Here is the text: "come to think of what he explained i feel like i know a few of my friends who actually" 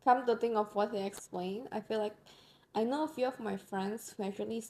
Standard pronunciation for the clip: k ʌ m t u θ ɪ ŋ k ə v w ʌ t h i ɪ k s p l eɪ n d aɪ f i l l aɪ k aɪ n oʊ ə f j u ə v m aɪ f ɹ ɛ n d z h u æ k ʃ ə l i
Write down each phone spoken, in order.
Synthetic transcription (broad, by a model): k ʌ m t u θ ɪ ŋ ə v w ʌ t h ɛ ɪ k s p l eɪ n aɪ f i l l aɪ k aɪ n oʊ ə f j u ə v m aɪ f ɹ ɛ n d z h u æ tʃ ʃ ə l i